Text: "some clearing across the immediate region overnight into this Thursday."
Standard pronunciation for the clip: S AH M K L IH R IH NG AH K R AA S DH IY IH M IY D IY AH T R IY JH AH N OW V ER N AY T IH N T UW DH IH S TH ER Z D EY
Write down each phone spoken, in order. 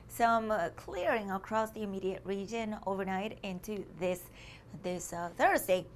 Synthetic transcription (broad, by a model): S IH M K L IH R IH NG AH K R AA S DH IY IH M IY D IY AH T R IY JH AH N OW V ER N AY T IH N T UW DH IH S TH ER Z D EY